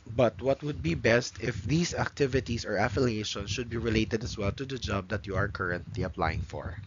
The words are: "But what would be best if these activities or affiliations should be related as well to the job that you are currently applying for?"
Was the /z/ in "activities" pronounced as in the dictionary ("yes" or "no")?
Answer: no